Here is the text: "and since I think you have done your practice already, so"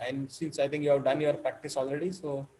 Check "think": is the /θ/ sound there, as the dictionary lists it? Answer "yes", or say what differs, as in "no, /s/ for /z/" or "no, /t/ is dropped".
no, /t/ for /θ/